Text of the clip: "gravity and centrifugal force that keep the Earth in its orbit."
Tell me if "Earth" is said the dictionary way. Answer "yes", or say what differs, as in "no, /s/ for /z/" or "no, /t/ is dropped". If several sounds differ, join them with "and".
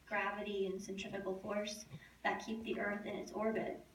yes